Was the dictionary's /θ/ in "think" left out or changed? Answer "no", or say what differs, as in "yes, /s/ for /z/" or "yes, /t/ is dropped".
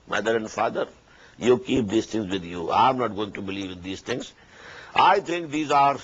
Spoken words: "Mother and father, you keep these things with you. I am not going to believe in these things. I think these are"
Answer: yes, /t/ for /θ/